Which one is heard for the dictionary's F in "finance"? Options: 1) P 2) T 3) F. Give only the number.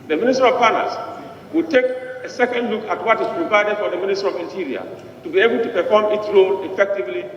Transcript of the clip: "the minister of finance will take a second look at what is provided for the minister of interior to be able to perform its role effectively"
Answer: 1